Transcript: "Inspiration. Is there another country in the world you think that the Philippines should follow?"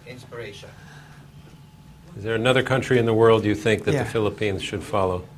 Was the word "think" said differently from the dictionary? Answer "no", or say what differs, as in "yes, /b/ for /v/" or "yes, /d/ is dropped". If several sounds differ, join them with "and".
no